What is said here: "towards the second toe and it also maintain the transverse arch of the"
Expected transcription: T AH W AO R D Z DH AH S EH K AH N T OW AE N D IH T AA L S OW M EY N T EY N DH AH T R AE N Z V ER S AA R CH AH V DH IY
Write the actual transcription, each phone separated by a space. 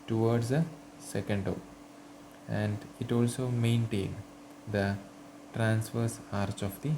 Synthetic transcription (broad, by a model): T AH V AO R D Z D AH S EH K AH N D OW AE N D IH T AA L S OW M EY N T EY N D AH T R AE N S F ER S AA R CH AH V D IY